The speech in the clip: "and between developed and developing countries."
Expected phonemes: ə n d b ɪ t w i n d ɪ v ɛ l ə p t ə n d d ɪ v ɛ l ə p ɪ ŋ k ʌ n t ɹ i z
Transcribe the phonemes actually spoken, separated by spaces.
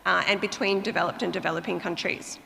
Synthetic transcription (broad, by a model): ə n b ɪ t w i n d ɪ v ɛ l ə p t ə n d d ɪ v ɛ l ə p ɪ ŋ k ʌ n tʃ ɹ i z